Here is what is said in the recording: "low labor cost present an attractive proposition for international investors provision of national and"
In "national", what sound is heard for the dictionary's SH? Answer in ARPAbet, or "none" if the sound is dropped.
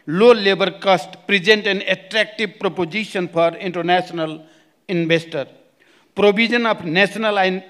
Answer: S